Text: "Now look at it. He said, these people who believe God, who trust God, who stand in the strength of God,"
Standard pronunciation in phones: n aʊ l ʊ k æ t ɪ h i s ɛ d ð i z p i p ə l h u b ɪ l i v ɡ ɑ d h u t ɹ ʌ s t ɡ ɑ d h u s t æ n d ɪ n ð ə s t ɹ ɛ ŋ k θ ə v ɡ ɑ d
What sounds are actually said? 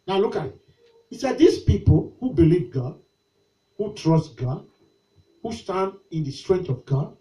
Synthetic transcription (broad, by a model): n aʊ l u k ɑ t ɪ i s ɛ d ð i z p i p ə l h u b ɪ l i v ɡ ɑ d h u t ɹ ʌ s t ɡ ɑ d h u s t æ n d ɪ n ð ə s t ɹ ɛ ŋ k t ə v ɡ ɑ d